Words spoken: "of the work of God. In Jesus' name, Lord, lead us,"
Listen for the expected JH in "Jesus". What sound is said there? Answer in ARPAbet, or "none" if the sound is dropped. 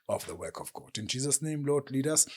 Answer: JH